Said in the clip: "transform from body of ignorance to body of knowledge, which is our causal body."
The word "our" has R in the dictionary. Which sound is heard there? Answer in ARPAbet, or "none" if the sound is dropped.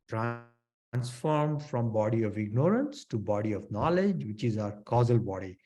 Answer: R